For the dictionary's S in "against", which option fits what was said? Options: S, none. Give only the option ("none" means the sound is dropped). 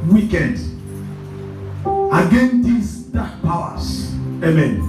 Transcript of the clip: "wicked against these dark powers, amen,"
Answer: none